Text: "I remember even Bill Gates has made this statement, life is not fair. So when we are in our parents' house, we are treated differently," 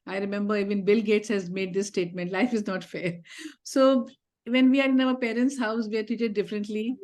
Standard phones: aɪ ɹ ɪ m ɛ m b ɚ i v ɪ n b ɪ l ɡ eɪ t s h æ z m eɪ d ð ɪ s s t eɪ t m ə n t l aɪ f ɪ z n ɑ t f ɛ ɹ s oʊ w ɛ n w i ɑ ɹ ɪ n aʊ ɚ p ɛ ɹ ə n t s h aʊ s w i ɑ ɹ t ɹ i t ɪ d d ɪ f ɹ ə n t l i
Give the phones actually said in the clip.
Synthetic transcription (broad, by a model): aɪ ɹ ɪ m ɛ m b ɚ i v ɪ n b ɪ l ɡ eɪ t s h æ z m eɪ d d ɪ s s t eɪ t m ə n t l aɪ f ɪ z n ɑ t f ɛ ɹ s oʊ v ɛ n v i ɑ ɹ ɪ n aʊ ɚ p ɛ ɹ ə n t s h aʊ s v i ɑ ɹ t i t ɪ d d ɪ f ɹ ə n t l i